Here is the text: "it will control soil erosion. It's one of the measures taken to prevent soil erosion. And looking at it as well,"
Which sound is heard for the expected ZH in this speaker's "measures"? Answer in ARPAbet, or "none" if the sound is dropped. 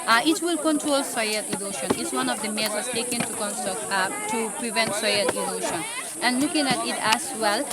Z